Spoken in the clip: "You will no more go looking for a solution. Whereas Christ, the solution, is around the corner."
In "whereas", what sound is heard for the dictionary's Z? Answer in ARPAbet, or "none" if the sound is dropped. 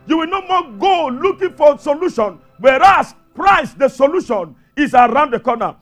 S